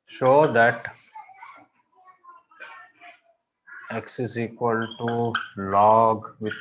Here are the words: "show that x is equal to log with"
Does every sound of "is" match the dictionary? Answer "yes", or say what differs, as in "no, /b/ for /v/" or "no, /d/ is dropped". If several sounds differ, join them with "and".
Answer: no, /s/ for /z/